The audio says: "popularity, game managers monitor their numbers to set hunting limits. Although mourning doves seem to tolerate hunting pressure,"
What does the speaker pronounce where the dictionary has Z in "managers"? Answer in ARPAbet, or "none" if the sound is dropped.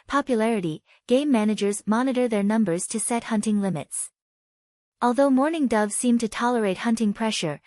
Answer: Z